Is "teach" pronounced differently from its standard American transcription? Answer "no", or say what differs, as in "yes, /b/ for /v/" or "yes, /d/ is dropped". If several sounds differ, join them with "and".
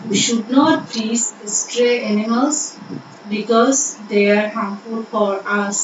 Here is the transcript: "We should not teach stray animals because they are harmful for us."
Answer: yes, /s/ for /tʃ/